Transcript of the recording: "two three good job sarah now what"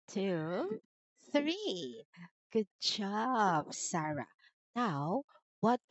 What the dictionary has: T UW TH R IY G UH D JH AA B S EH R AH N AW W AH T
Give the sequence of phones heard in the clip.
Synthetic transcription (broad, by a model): T UW TH R IY G UH D JH AA B S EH R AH N AW W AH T